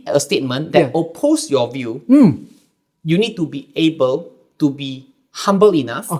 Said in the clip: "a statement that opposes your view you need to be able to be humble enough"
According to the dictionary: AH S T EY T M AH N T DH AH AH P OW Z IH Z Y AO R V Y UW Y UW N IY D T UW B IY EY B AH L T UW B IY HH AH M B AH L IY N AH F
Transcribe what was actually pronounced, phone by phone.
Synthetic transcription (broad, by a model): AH S T EY T M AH N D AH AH P OW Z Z Y AO V Y UW Y UW N IY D T UW B IY EY B AH L T UW B IY HH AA M B AH L IY N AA F